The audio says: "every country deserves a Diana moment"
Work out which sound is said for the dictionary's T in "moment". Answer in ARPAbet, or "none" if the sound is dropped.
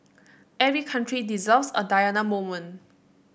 none